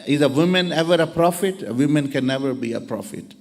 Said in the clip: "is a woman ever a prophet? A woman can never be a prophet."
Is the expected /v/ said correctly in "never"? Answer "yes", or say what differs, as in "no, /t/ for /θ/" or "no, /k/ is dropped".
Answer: yes